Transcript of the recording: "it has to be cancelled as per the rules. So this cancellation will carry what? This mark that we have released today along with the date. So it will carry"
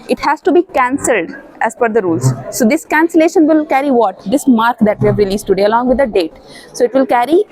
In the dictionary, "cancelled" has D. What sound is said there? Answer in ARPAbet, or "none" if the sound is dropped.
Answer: D